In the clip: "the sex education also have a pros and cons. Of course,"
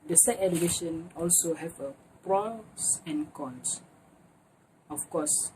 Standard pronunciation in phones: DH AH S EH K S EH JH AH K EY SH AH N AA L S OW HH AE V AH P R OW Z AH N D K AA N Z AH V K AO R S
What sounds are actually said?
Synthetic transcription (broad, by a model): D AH S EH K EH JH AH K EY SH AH N AA L S OW HH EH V AH P R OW S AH N K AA N S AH F K AO S